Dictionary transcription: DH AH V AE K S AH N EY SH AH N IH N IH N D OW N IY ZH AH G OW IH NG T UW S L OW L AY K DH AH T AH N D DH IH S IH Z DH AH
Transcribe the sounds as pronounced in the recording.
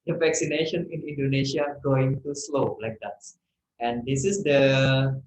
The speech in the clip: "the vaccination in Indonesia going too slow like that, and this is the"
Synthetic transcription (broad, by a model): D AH V AE K S AH N EY SH AH N IH N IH N D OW N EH SH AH G OW IH NG T UW S L OW L AY K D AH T AH N D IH S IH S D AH